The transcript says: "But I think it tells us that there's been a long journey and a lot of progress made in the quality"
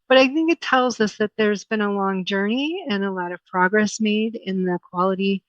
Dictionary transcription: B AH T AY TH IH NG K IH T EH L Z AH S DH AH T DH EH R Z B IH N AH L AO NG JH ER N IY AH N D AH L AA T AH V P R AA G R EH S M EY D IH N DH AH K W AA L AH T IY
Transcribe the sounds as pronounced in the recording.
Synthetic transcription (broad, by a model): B AH T AY TH IH NG K IH T EH L Z AH S DH AH T DH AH R Z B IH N AH L AO NG JH ER N IY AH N AH L AA T AH V P R AA G R EH S M EY D IH N DH AH K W AA L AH T IY